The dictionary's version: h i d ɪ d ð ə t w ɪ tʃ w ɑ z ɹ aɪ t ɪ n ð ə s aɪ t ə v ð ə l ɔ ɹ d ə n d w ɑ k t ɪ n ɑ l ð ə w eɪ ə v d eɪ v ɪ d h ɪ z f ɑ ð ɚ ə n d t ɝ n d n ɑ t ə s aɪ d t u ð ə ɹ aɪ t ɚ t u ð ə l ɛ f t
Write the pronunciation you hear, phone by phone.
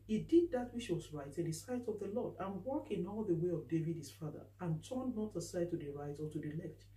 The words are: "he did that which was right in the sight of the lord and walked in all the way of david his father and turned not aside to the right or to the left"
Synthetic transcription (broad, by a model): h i d ɪ d ð ə t w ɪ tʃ w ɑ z ɹ aɪ t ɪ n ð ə s aɪ t ə v ð ə l ɔ d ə n w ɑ k ɪ n ɑ l ð ə w eɪ ə v d eɪ v ɪ d h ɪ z f ɑ ð ɚ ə n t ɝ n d n ɑ t ə s aɪ d t u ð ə ɹ aɪ t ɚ t u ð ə l ɛ f t